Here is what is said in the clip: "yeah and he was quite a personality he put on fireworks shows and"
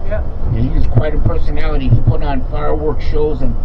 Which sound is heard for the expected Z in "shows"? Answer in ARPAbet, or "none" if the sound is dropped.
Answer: Z